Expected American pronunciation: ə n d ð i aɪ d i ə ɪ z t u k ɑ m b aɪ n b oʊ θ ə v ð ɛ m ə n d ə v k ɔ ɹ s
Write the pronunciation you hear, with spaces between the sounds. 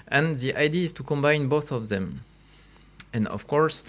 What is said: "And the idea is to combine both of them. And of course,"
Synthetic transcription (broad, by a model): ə n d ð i aɪ d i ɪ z t u k ɑ m b aɪ n b oʊ θ ə v ð ɛ m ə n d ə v k ɔ ɹ s